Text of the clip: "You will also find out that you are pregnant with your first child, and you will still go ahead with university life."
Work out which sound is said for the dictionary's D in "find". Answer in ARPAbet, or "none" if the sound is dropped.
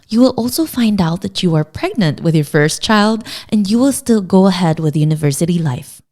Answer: D